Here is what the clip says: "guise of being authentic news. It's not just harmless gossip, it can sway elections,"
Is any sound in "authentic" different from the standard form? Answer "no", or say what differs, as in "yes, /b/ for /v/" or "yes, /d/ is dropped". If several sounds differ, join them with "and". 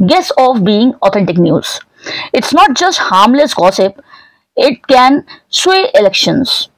yes, /t/ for /θ/